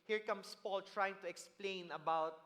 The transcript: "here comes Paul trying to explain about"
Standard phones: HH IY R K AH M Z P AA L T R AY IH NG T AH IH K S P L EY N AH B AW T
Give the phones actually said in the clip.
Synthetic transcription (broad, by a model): HH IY R K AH M S P AA L T R AY IH NG T AH IH K S P L EY N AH B AW T